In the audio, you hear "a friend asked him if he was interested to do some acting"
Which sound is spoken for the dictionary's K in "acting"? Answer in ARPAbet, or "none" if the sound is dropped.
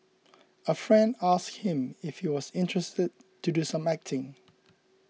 K